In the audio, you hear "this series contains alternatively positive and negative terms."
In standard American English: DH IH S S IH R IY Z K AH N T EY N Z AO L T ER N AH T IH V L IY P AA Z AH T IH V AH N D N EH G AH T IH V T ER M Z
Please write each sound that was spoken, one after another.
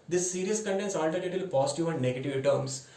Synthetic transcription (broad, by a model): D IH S S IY R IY S K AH N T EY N S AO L T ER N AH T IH L P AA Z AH T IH V AH N D N EH G AH T IH V T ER M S